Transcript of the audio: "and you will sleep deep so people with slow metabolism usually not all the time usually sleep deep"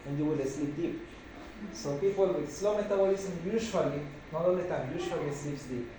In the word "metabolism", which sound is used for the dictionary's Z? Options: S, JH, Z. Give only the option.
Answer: S